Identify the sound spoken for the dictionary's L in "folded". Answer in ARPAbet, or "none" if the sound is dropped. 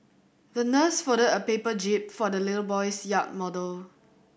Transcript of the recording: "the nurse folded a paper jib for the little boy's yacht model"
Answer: none